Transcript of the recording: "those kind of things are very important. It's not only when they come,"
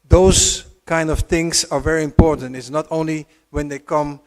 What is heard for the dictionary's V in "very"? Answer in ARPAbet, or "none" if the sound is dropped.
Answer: V